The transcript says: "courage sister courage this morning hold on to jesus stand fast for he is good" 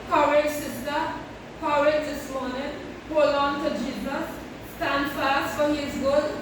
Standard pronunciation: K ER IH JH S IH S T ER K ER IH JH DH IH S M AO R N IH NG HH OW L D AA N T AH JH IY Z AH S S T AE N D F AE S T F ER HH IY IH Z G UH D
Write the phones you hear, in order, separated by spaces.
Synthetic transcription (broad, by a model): K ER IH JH S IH S T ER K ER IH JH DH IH S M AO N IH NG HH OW L AA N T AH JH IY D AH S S T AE N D F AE S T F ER HH IY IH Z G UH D